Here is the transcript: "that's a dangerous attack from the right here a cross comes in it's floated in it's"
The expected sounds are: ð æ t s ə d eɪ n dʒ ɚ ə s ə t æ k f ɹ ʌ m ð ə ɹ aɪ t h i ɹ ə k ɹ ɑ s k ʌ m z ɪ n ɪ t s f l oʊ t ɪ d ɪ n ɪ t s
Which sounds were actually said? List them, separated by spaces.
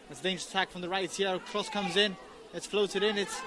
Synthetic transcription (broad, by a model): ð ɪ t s ə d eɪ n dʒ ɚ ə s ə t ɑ k f ɹ ʌ m ð ə ɹ aɪ t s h ə k ɹ ɑ s k ʌ m z ɪ n ɪ t s f l oʊ t ɪ d ɪ n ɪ t s